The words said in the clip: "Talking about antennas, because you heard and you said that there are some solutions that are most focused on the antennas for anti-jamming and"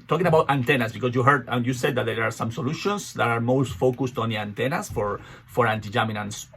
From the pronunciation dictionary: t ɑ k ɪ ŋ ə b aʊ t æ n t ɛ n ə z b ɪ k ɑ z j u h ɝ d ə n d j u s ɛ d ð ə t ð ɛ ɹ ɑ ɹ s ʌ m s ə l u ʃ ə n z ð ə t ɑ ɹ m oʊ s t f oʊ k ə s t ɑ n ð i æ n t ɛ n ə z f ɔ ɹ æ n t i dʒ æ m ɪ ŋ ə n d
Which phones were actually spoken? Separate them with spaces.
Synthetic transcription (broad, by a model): t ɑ k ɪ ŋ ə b aʊ t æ n t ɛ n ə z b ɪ k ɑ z j u h ɝ d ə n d j u s ɛ d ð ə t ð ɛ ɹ ɑ ɹ s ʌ m s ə l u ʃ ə n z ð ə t ɑ ɹ m oʊ s t f oʊ k ə s t ɑ n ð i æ n t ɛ n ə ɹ f ɔ ɹ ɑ n t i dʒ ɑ m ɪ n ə n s